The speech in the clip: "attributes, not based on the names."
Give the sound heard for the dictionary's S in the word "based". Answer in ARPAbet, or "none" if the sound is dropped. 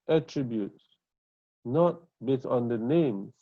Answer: none